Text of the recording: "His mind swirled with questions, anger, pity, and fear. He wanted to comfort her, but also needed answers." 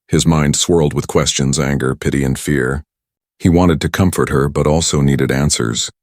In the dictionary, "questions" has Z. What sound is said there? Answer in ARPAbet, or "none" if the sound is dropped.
Z